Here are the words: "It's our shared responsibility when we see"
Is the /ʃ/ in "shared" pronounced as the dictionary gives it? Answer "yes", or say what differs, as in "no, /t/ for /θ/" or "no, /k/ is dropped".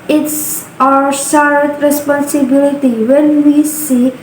no, /s/ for /ʃ/